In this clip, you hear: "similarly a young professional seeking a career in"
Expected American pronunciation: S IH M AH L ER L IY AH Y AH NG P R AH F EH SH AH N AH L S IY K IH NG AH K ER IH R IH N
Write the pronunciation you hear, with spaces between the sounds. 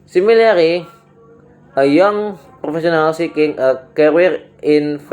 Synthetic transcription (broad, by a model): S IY M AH L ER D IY AH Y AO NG P R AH F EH S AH N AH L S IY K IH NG AH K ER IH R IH N